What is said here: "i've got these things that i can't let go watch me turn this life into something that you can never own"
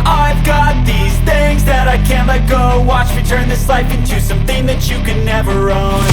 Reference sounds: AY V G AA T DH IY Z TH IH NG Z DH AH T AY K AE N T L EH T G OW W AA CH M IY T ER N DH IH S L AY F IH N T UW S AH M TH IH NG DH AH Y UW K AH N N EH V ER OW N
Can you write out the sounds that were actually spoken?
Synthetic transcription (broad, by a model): AY V G AA T DH IY Z TH IH NG Z DH AH T AY K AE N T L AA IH G OW W AA CH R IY T ER N DH IH S L AY F IH N T UW S AH M TH IH NG DH AH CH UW K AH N N EH V ER OW N